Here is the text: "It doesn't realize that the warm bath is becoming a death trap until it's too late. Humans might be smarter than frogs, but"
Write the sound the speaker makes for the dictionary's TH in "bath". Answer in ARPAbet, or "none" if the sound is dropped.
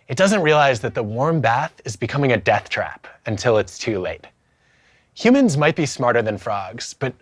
TH